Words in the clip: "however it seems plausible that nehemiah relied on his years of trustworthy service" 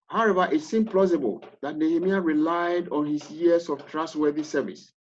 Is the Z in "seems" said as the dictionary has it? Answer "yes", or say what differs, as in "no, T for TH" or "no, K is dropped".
no, Z is dropped